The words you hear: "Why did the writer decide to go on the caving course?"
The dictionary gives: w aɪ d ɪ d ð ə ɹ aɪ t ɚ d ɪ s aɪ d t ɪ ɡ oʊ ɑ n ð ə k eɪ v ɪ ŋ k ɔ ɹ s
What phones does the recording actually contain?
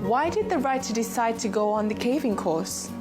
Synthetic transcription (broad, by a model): w aɪ d ɪ d ð ə ɹ aɪ t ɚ d ɪ s aɪ d t ɪ ɡ oʊ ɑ n ð ə k eɪ v ɪ ŋ k ɔ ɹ s